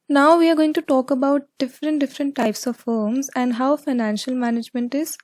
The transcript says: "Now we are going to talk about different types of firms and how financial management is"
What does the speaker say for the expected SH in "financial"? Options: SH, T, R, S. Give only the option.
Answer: SH